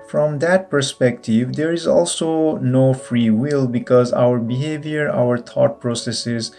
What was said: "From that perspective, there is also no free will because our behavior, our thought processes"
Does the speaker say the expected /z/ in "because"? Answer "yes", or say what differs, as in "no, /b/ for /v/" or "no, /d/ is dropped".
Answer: yes